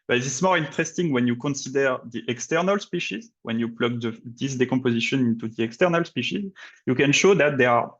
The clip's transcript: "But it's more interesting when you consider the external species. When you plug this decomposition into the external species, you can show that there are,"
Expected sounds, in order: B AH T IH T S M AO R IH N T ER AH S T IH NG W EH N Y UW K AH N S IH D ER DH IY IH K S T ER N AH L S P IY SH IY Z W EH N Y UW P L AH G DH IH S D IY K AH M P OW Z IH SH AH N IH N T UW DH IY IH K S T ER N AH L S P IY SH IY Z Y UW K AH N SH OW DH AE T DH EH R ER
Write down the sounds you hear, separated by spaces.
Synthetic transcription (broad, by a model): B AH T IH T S M AO R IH N T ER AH S T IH NG W EH N Y UW K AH N S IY D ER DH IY IH K S T ER N AH L S P IY SH IY Z W EH N Y UW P L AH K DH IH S D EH K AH P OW Z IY SH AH N IH N T UW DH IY IH K S T ER N AH L S P IY SH IY Z Y UW K AH N SH OW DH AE T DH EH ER